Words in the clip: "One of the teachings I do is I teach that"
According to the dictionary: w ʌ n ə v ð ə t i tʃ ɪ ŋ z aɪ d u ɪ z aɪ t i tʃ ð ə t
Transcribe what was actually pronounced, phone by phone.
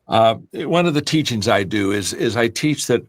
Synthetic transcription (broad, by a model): w ʌ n ə v ð ə t i tʃ ɪ ŋ z aɪ d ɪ ɪ z aɪ t i tʃ ð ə t